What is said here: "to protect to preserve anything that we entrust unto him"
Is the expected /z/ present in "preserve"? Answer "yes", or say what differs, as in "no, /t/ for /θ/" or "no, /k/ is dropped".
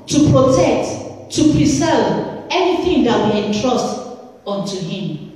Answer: no, /s/ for /z/